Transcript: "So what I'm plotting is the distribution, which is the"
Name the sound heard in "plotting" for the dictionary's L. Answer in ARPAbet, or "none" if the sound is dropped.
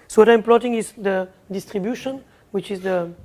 L